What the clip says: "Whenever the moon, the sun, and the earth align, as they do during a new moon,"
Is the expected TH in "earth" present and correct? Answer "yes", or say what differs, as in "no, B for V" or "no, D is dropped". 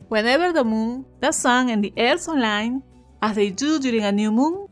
no, S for TH